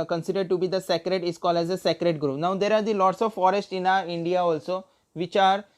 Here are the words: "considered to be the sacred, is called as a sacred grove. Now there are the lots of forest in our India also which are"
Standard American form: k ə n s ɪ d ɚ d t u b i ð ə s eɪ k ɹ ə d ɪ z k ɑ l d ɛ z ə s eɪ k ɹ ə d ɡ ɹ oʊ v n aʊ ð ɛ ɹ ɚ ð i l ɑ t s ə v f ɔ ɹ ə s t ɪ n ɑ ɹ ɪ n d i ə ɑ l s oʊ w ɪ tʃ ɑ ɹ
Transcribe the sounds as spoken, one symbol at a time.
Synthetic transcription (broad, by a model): k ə n s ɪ d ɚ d t u b i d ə s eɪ k ɹ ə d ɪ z k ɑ l ɛ z ə s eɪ k ɹ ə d ɡ ɹ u p n aʊ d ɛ ɹ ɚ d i l ɑ t s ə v f ɔ ɹ ə s t ɪ n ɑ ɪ n d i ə ɑ l s oʊ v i tʃ ɑ ɹ